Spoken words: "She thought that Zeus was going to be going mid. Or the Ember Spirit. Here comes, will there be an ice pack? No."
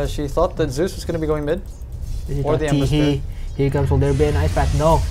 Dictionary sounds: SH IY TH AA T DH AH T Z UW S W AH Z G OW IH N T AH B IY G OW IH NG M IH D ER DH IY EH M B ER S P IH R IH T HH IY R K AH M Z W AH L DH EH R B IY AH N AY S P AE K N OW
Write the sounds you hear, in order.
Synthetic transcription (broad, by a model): SH IY TH AA T DH AH T Z UW S W AH Z G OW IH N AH B IY G OW IH NG M IH D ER DH IY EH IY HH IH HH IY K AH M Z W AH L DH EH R B IY AH N AY S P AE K N OW